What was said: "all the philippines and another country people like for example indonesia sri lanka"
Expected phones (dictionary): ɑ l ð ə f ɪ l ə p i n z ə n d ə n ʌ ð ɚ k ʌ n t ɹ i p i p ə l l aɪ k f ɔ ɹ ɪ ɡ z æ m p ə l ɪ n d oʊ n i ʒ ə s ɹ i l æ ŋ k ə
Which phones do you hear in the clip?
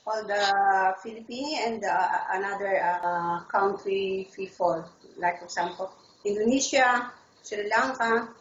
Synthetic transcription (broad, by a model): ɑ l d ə f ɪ l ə p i n ə n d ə n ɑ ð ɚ k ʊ n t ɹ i f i f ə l l aɪ k f ɔ ɹ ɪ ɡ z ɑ m p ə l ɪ n d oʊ n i ʃ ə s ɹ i l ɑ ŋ k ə